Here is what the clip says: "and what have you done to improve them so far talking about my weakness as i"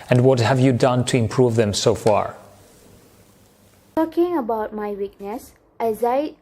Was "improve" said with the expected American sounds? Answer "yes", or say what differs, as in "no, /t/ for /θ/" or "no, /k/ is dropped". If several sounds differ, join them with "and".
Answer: yes